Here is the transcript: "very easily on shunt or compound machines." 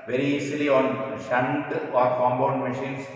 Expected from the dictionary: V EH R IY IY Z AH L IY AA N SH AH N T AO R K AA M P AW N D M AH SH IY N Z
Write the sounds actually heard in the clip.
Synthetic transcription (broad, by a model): V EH R IY IY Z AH L IY AA N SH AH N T AO R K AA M B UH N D M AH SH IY N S